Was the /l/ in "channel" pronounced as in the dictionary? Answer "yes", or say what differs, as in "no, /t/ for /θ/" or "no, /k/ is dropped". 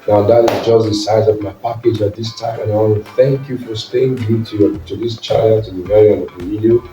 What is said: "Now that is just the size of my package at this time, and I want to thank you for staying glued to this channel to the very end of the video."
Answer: no, /n/ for /l/